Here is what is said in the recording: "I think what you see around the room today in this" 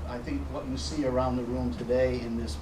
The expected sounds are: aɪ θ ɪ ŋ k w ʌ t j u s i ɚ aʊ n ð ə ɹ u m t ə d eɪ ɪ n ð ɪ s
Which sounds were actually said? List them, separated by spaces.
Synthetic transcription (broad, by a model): aɪ θ ɪ ŋ k w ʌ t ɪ s i ɚ aʊ n ð ə ɹ u m t ə d eɪ ɪ n ð ɪ s